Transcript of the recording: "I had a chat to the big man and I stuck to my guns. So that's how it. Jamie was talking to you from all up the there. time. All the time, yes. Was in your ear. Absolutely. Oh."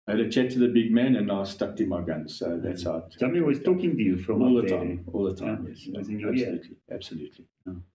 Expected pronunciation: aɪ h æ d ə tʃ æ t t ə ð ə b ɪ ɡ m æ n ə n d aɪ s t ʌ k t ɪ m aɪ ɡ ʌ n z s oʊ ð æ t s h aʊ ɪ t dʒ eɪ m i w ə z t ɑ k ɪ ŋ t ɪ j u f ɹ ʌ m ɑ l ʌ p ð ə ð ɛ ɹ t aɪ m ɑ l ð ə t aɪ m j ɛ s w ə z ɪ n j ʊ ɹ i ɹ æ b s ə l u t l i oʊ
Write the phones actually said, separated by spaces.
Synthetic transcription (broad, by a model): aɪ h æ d ə tʃ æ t t ə ð ə b ɪ ɡ m æ n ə n aɪ s t ʌ k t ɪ m aɪ ɡ ʌ n z s oʊ ð æ t s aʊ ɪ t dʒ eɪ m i w ə z t ɑ k ɪ ŋ t ɪ j u f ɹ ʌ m ɑ l ð ə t aɪ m ɑ l ð ə t aɪ m j ɛ s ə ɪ l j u l i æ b s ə l u t l i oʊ